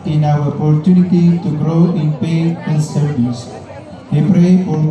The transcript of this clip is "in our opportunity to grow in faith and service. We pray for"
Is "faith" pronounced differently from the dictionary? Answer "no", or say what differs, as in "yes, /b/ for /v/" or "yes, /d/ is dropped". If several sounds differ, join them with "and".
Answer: yes, /p/ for /f/